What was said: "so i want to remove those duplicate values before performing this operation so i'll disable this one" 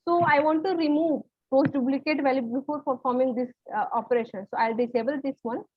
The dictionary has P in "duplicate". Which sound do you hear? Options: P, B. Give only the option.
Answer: B